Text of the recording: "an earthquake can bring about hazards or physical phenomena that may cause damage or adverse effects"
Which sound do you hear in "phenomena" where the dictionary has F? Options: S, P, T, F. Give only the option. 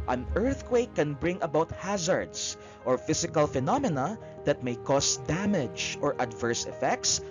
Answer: F